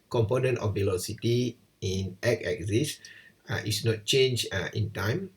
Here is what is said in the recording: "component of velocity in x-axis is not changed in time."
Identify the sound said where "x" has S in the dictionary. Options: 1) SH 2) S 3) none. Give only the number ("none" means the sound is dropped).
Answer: 3